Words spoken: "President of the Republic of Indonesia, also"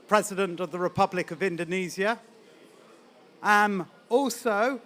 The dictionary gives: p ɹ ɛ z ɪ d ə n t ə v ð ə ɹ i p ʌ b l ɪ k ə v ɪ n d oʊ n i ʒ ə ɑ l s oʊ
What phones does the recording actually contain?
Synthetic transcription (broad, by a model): p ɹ ɛ z ɪ d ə n t ə v ð ə ɹ i p ʌ b l ɪ k ə v ɪ n d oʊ n i z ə ɑ l s oʊ